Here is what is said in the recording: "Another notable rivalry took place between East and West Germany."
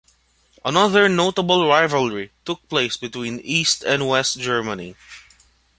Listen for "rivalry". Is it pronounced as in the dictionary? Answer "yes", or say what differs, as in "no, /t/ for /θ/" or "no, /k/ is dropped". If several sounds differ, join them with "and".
yes